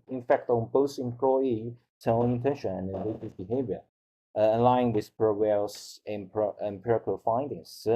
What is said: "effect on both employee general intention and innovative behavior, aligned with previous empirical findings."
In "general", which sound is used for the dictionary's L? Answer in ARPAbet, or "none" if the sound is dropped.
N